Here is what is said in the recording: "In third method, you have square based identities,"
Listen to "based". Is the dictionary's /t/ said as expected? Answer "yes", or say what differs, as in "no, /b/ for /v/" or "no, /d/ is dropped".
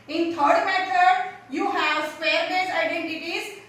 no, /t/ is dropped